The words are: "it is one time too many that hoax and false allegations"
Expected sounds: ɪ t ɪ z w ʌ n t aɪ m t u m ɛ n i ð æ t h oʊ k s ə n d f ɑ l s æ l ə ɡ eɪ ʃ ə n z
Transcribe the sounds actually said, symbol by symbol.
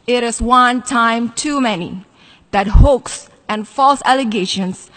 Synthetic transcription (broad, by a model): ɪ t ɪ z w ʌ n t aɪ m t u m ɛ n i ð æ t h oʊ k s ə n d f ɑ l s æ l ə ɡ eɪ ʃ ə n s